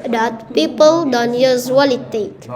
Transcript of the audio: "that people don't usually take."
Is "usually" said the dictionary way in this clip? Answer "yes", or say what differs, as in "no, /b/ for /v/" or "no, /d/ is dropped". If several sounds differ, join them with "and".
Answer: no, /z/ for /ʒ/